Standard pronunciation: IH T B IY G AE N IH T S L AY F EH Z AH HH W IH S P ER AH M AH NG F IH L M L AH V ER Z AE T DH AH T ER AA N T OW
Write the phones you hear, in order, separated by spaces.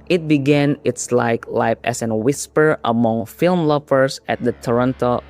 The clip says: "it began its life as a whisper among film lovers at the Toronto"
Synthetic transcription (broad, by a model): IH T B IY G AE N IH T S L AY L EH S AH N W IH S P ER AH M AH NG F IH L M L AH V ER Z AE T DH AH T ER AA N T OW